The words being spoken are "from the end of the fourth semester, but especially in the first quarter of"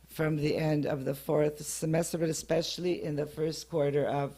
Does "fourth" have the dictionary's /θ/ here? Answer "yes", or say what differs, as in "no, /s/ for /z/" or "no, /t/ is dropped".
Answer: yes